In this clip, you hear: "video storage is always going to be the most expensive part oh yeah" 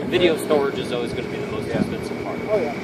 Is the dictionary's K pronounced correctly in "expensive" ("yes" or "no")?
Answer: no